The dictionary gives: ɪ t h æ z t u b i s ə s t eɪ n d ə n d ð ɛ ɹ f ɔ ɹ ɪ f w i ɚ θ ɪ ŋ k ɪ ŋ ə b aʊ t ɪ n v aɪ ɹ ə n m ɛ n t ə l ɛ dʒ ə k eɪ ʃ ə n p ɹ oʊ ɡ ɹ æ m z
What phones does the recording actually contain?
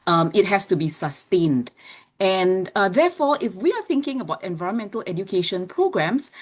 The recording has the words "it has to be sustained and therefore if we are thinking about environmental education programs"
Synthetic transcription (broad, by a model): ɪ t h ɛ s t u b i s ə s t eɪ n d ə n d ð ɛ f ɔ ɪ f w i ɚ θ ɪ ŋ k ɪ ŋ ə b aʊ t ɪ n v aɪ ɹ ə n m ɛ n t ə l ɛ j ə k eɪ ʃ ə n p ɹ oʊ ɡ ɹ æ m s